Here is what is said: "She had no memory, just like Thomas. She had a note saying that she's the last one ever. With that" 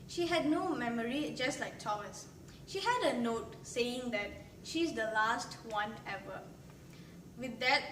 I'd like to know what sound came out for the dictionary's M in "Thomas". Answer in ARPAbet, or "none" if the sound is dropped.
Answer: none